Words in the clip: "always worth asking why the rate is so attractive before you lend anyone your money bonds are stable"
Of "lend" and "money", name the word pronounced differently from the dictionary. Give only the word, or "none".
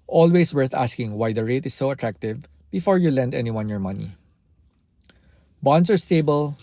none